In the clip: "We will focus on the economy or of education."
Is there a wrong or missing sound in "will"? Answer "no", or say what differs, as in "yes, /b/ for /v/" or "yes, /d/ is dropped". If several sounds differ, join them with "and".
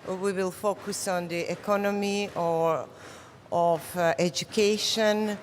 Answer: no